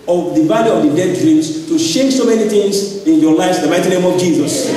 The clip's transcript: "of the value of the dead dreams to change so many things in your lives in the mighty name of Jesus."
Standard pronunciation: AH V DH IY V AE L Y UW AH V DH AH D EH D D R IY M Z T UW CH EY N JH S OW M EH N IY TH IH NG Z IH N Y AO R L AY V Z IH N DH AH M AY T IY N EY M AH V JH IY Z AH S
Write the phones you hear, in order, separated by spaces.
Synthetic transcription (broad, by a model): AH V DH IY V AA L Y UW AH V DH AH D EH D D R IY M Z T UW SH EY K S OW M EH N IY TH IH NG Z IH N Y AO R L AY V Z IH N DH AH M AY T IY N EY M AH V JH IY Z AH S